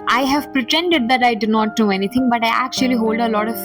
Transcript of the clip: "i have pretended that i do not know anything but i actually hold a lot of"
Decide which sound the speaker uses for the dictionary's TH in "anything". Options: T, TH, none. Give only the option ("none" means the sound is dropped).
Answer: T